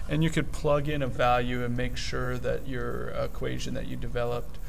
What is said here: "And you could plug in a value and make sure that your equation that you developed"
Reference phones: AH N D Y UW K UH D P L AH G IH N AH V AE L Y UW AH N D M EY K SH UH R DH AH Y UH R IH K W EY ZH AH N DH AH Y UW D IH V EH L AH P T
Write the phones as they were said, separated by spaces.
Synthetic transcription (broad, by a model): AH N Y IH K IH D P L AH G IH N AH V AE L Y UW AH N M EY K SH UH R DH AH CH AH R IH K W EY ZH AH N DH AH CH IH D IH V EH L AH P T